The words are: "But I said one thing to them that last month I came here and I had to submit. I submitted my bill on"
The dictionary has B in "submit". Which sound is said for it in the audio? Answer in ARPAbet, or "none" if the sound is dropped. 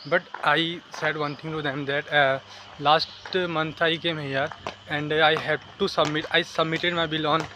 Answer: B